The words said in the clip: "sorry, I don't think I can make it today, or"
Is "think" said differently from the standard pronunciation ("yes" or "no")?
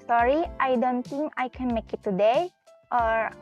yes